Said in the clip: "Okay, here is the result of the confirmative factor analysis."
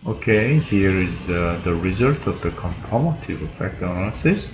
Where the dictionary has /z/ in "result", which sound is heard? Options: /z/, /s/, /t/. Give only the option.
/z/